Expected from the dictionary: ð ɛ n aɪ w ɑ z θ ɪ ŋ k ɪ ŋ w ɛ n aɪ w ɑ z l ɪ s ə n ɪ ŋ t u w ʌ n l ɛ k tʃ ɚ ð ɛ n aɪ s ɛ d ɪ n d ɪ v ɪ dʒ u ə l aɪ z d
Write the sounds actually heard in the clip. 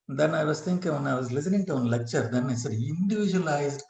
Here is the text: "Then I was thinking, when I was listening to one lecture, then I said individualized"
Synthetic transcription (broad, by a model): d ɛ n aɪ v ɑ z t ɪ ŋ k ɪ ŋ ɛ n aɪ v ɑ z l ɪ s ə n ɪ ŋ t u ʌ n l ɛ k tʃ ɚ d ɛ n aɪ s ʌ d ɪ n d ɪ v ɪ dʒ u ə l aɪ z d